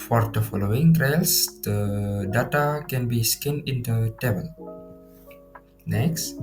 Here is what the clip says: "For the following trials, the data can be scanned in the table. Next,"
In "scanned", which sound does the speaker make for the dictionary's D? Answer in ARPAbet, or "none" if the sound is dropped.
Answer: none